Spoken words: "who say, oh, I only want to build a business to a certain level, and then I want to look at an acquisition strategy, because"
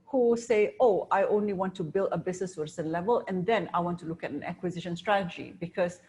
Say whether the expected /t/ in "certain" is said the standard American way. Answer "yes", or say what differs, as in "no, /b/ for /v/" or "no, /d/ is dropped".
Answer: no, /s/ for /t/